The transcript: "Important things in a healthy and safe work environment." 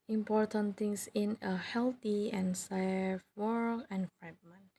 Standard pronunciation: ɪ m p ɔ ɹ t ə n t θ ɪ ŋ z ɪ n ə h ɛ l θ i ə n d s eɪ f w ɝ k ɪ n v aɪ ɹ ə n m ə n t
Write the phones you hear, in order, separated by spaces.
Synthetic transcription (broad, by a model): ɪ m p ɔ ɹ t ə n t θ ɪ ŋ s ɪ n ə h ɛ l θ i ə n s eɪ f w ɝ ɪ n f ɹ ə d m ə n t